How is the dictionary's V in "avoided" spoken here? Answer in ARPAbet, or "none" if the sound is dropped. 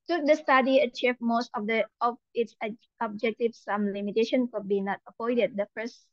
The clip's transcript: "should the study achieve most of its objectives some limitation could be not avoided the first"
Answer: P